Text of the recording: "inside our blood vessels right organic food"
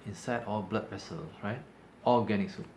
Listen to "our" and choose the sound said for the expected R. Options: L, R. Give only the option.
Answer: L